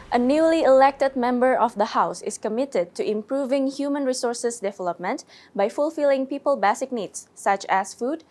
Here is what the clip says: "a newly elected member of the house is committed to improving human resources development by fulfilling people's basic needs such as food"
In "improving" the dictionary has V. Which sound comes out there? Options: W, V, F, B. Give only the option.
V